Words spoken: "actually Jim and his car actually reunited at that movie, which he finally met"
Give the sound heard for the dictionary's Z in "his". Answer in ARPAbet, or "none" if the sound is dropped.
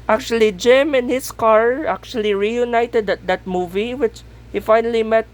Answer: S